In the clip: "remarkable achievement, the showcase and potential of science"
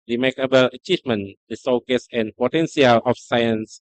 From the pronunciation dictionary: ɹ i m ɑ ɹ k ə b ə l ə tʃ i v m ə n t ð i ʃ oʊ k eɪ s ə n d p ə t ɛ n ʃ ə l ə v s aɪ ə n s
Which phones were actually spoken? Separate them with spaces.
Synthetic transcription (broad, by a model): ɹ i m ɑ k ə b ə l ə tʃ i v m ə n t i s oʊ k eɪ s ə n p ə t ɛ n s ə l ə f s aɪ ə n s